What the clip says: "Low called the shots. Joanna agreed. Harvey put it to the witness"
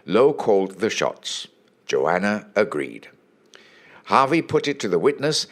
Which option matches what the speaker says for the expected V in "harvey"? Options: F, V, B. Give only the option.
V